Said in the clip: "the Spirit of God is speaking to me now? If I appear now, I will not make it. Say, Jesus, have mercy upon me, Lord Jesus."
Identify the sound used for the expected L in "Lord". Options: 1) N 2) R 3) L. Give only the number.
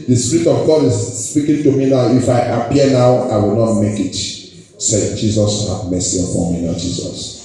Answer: 1